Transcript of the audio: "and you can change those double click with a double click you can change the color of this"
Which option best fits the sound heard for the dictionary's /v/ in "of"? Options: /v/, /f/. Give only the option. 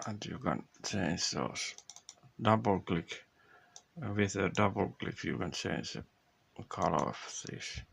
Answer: /f/